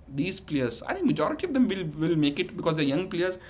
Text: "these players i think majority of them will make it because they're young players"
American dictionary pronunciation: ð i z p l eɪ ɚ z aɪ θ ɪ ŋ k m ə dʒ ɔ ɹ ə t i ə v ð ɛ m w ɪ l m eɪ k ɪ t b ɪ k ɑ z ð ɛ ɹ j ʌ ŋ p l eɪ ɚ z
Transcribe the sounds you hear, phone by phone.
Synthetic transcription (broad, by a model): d i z p l eɪ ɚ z aɪ t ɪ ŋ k m ə dʒ ɔ ɹ ə t i ə v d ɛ m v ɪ l m eɪ k ɪ t b ɪ k ɑ z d ɛ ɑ j ʌ ŋ p l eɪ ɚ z